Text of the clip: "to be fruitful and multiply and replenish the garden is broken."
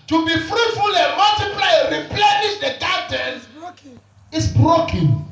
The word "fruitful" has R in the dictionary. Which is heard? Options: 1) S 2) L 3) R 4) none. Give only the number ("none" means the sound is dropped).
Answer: 3